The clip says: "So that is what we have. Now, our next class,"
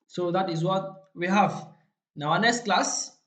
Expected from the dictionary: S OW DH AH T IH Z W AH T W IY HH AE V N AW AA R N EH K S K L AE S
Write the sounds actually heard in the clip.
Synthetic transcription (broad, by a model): S OW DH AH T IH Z W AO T W IY HH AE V N AW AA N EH S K L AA S